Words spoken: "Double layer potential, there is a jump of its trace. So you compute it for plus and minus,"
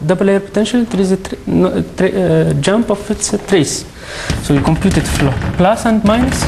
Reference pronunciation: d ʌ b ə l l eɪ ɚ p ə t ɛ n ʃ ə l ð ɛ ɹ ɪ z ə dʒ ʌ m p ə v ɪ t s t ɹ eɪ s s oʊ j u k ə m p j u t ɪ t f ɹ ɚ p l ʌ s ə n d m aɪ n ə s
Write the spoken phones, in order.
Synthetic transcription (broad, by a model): d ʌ b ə l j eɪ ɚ p ə t ɛ n ʃ ə l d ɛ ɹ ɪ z ə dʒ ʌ m p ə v ɪ t s t ɹ eɪ s s oʊ j u k ə m p j u t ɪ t f l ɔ p l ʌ s ə n d m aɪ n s